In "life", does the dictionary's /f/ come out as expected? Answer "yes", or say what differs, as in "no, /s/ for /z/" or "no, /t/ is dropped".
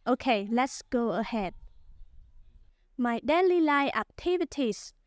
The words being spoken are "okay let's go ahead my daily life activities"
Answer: no, /f/ is dropped